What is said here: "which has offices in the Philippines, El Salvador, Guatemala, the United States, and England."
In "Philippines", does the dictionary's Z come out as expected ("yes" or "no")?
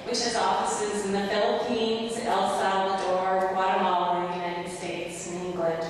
yes